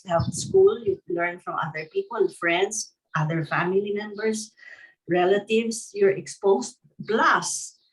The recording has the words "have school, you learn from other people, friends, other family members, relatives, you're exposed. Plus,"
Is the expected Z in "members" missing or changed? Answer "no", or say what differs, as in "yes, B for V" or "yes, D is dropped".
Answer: yes, S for Z